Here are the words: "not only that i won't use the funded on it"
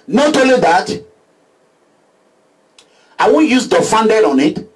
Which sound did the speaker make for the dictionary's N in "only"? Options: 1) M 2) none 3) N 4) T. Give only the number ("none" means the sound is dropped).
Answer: 2